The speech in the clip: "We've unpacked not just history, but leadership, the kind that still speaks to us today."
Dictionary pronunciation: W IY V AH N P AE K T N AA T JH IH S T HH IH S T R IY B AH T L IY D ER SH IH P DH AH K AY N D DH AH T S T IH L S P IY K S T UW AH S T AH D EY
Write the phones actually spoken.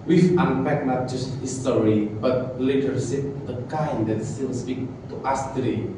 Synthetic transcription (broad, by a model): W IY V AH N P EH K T N AA T JH IH S T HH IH S T R IY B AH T L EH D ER S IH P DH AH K AY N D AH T S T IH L S P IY K T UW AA S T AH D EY